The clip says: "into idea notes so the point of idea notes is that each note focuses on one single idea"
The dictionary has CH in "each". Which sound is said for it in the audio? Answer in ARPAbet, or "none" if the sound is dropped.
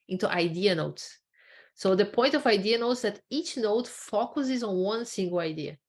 CH